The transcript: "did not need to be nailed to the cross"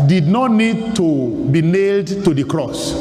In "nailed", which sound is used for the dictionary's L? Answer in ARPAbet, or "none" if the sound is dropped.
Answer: L